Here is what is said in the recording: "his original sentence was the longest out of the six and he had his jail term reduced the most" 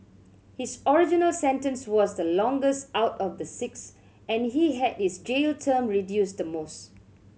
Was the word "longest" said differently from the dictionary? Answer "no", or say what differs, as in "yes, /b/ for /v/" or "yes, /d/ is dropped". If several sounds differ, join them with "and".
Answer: no